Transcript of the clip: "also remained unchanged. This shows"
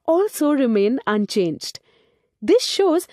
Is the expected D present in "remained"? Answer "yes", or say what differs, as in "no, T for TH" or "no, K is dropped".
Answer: no, D is dropped